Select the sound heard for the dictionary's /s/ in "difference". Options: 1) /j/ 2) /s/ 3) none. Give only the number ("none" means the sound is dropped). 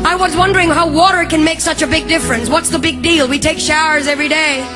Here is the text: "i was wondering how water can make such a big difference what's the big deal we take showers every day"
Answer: 2